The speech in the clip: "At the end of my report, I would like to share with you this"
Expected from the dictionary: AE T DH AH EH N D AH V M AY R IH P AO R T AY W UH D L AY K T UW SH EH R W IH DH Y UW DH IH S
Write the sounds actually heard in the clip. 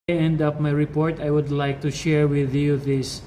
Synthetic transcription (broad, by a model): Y EH N D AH P M AY R IH P AO R T AY W UH D L AY K T UW SH EH R W IH DH Y UW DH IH S